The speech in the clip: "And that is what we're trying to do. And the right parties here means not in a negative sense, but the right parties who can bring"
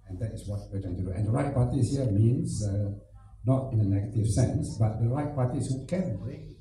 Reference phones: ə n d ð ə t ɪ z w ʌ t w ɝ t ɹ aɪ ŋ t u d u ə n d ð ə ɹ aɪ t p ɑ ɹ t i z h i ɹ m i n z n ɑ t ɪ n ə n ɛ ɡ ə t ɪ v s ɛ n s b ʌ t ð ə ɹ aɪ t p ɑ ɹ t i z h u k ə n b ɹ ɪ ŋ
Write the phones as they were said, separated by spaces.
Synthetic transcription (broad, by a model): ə n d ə t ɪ s w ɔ t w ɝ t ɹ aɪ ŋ t u d u ə n d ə ɹ aɪ t p ɑ t i s h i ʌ m i n s n ɑ t ɪ n ə n ɛ ɡ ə t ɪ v s ɛ n s b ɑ t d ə ɹ aɪ t p ɑ t i s h u k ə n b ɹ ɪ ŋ